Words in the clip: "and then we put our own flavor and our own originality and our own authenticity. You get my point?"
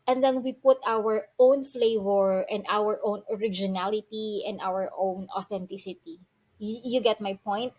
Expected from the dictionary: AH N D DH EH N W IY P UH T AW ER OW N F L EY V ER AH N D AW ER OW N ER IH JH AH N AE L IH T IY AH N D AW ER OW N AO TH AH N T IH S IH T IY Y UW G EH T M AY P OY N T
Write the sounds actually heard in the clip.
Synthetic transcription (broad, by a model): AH N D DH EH N W IY P UH T AW ER OW N F L EY V ER AH N D AW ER OW N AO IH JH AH N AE L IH T IY AH N D AW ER OW N AO TH AH N T IH S IH T IY Y UW G EH T M AY P OY N T